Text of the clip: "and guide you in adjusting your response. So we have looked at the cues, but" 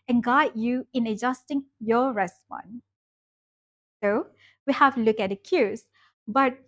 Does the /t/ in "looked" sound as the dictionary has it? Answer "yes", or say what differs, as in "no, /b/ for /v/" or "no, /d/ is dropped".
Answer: no, /t/ is dropped